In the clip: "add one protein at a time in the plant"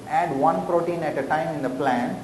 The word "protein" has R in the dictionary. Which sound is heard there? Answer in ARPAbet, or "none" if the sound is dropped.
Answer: R